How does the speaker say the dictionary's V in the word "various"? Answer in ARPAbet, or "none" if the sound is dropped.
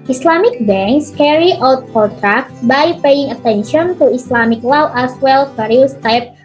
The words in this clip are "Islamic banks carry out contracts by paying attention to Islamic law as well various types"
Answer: F